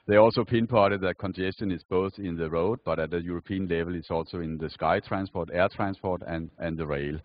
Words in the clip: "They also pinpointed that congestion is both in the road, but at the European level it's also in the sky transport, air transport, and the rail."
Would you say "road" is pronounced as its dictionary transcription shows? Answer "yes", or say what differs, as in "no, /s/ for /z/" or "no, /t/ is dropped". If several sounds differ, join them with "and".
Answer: yes